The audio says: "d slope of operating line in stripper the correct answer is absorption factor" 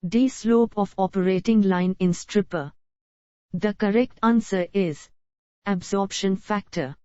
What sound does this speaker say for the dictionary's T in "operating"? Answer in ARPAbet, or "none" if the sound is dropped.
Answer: T